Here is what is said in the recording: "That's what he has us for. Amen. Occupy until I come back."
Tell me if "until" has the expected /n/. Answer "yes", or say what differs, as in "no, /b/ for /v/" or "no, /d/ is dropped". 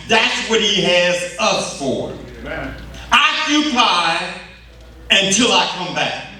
yes